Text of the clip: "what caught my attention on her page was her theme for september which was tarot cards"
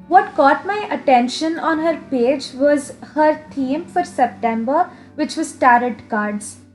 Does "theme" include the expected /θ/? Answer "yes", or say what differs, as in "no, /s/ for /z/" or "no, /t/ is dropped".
no, /t/ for /θ/